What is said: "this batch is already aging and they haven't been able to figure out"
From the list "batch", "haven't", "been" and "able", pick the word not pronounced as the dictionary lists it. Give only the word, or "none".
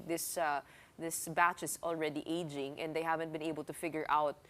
none